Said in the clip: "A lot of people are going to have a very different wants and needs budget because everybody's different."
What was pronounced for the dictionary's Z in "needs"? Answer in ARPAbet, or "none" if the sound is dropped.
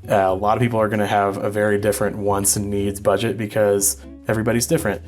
Z